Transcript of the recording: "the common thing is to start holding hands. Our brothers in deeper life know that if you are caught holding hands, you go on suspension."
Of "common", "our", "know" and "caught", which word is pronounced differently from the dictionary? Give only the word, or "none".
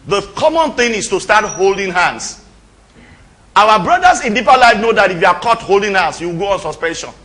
our